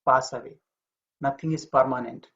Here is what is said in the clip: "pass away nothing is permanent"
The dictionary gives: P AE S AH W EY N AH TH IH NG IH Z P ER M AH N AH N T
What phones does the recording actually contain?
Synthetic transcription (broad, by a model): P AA S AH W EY N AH T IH NG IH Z P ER M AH N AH N T